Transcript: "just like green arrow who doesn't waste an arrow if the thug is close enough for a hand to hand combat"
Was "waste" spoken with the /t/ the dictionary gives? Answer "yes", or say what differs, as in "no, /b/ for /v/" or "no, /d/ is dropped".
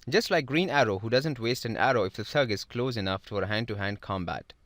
yes